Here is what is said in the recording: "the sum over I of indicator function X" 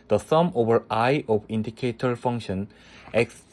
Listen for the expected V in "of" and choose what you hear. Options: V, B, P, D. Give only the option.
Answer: B